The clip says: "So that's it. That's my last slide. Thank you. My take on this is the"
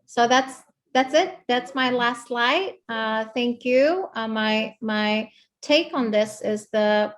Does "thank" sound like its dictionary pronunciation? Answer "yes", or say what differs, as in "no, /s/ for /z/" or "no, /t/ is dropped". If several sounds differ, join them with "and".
yes